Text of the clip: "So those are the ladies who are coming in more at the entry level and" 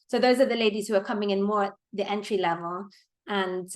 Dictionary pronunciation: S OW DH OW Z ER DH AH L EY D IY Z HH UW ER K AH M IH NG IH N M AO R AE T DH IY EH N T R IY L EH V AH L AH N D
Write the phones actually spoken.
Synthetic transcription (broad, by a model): S OW DH OW Z ER DH AH L EY D IY Z HH UW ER K AH M IH NG IH N M AO R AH T DH IY EH N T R IY L EH V AH L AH N